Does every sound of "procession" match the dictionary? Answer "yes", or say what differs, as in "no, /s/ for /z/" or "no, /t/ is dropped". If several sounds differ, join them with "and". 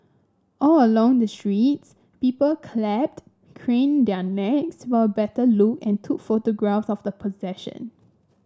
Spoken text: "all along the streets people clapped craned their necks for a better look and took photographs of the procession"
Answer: no, /ɹ/ is dropped